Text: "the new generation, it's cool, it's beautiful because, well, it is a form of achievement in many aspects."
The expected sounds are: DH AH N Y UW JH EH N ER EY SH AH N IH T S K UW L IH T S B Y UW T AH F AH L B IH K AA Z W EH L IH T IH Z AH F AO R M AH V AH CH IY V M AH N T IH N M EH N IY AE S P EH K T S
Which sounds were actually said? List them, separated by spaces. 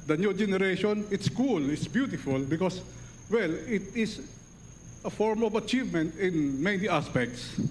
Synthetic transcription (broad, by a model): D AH N Y UW JH EH N ER EY SH AH N IH T S K UW L IH T S B Y UW T AH F AH L B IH K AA S W EH L IH T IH S AH F AO R M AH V AH CH IY V M AH N T IH N M EH N IY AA S P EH K T S